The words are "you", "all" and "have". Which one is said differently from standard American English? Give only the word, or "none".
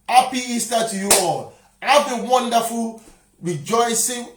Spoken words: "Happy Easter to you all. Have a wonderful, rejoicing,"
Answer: have